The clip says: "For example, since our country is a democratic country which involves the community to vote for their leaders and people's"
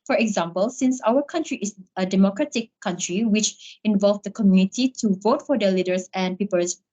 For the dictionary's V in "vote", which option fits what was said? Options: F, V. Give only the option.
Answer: V